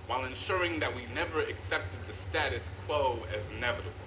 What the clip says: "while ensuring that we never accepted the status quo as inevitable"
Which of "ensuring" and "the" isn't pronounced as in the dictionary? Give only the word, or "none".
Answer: none